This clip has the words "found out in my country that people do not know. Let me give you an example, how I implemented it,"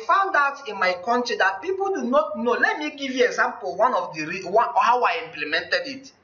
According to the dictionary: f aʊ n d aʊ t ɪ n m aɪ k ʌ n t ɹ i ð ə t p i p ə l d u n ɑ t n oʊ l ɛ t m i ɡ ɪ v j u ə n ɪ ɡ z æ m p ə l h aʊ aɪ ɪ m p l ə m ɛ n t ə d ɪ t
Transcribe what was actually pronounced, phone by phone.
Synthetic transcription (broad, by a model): f aʊ n d aʊ t ɪ n m aɪ k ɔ n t ɹ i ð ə t p i p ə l d u n ɑ t n oʊ l ɛ t m i ɡ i v j u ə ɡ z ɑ m p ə w h aʊ aɪ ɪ m p l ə m ɛ n t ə d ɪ t